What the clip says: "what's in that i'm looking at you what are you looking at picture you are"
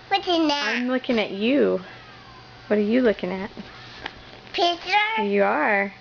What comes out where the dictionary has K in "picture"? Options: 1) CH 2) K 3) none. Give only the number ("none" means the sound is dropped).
3